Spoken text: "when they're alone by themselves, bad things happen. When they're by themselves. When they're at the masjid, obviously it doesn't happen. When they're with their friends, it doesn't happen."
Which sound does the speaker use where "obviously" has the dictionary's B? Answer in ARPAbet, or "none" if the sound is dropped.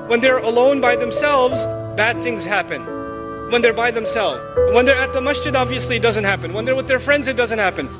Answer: B